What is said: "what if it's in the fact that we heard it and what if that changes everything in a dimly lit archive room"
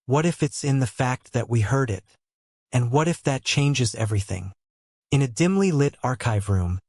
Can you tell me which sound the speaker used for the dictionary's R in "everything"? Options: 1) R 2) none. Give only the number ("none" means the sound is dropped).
1